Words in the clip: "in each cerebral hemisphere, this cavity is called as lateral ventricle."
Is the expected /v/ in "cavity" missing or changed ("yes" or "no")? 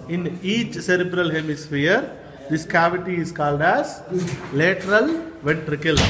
no